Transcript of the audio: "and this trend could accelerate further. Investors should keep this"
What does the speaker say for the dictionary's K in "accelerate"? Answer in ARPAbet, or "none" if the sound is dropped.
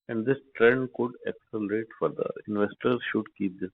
K